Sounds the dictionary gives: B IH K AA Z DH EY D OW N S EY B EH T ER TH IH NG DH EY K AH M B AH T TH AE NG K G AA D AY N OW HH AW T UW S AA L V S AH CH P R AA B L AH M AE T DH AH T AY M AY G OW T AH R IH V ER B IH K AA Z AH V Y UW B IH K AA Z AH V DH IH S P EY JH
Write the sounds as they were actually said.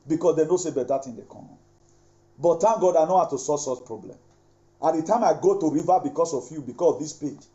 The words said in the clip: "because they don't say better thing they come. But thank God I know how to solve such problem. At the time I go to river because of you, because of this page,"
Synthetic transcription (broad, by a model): B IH K AA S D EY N OW S EY B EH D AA T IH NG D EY K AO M B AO T T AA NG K G AA D AY N OW HH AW T UW S AA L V S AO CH P R AA B L AH M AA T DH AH T AY M AY G OW T AH R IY V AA B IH K AA S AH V Y UW B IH K AA S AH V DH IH S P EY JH